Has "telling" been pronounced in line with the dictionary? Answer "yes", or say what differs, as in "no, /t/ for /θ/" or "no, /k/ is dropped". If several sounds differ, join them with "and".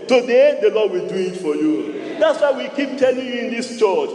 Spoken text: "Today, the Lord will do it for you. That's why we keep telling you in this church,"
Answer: yes